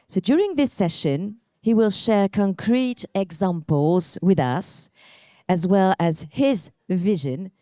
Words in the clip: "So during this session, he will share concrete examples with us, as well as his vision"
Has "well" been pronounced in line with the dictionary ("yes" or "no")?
yes